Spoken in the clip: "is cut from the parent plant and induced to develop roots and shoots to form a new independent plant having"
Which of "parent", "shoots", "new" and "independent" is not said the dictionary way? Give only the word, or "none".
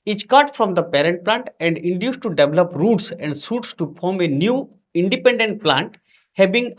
shoots